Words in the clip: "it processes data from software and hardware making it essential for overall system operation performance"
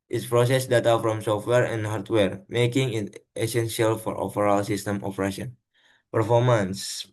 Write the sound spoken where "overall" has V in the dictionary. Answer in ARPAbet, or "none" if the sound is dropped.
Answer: P